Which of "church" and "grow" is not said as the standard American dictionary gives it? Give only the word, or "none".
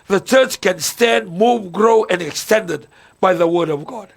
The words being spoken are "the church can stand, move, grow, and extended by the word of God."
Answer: none